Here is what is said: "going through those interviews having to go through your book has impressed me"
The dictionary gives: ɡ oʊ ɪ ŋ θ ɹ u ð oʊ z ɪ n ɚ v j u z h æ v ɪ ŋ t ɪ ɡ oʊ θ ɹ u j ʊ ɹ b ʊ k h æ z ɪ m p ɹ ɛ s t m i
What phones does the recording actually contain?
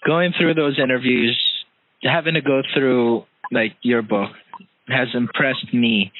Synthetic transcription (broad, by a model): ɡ oʊ ɪ ŋ θ ɹ u ð oʊ z ɪ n ɚ v j u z h æ v ɪ ŋ t ɪ ɡ oʊ θ ɹ u j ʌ ɹ b ʊ k h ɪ z ɪ m p ɹ ɛ s t m i